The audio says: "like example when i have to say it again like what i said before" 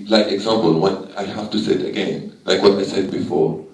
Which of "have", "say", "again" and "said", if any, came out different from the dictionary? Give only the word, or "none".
have